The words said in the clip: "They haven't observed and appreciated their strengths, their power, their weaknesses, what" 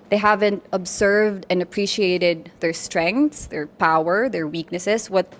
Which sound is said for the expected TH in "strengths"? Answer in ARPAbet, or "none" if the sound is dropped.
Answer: T